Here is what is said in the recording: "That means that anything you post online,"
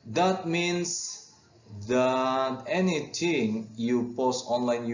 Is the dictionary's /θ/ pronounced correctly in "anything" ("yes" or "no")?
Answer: no